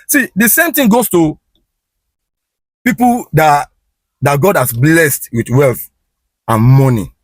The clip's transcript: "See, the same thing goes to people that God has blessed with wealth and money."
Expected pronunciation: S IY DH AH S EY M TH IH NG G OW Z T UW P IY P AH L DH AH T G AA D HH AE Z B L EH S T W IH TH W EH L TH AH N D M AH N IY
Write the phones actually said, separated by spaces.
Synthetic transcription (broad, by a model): S IY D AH S EY M T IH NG G OW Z T UW P IY P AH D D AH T G AA D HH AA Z B L EH S T W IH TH W EH L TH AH N M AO N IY